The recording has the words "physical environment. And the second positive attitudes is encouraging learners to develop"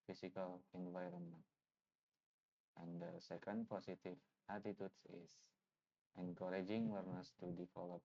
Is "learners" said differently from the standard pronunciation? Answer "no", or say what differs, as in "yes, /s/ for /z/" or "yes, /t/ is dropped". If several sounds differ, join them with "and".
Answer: yes, /w/ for /l/ and /s/ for /z/